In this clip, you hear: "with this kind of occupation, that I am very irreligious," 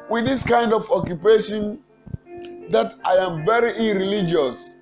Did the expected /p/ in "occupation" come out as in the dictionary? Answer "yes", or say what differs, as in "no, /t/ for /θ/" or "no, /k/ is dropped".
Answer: yes